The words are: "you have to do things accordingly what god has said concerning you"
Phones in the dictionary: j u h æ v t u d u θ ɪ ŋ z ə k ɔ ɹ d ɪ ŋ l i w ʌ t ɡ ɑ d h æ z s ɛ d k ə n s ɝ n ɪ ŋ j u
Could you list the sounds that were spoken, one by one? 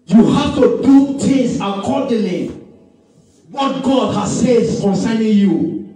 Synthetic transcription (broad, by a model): j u h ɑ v t u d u t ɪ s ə k ɔ d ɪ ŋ l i w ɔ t ɡ ɑ d h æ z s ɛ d k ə n s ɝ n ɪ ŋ j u